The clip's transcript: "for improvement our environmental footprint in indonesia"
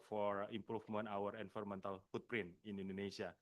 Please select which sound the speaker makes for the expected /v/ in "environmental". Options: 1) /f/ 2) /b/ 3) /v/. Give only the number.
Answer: 1